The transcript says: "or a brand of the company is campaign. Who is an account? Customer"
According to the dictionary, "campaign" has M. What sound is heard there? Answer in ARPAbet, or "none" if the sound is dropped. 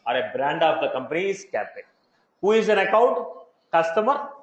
none